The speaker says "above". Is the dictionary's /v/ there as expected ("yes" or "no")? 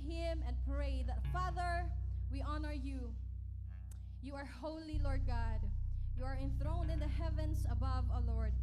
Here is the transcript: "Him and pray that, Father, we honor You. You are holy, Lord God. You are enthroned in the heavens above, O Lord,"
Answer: yes